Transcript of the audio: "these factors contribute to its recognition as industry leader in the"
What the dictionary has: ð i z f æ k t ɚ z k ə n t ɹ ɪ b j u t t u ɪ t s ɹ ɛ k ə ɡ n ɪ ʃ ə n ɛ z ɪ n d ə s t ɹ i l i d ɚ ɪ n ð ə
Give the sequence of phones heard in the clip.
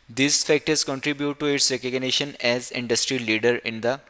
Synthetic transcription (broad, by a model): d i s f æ k t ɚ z k ə n t ɹ ɪ b j u t t u ɪ t s ɹ ɛ k ə ɡ n ɪ ʃ ə n ɛ z ɪ n d ə s t ɹ i l i d ɚ ɪ n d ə